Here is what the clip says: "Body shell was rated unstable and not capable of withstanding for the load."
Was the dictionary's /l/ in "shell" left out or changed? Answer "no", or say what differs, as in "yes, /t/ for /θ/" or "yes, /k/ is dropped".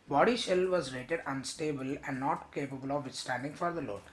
no